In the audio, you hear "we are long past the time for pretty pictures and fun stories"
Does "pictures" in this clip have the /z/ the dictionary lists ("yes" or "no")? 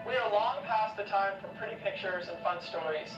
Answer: yes